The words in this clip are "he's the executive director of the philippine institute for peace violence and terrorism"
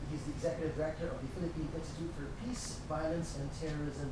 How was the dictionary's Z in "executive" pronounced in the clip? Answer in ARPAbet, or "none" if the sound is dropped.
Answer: Z